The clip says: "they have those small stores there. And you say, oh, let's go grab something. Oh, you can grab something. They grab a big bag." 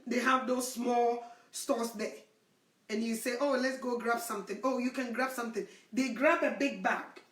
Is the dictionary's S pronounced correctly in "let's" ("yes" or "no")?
yes